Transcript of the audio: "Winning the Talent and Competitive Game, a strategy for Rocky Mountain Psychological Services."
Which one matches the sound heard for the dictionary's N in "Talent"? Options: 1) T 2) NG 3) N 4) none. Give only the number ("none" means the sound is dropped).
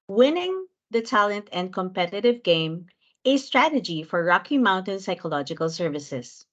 3